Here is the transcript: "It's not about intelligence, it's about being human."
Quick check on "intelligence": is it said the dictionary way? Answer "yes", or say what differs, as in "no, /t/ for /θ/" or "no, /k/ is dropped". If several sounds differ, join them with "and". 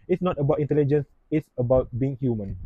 yes